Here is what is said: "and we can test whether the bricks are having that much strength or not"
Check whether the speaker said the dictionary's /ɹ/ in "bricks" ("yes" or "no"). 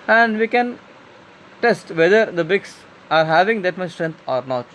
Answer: no